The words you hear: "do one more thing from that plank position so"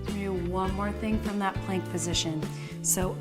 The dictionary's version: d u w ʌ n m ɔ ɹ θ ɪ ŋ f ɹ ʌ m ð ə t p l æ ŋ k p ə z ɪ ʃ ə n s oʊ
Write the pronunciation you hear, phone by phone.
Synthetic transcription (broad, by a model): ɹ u w ʌ n m ɔ ɹ θ ɪ ŋ f ɹ ʌ m ð ə t p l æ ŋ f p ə z ɪ ʃ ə n s oʊ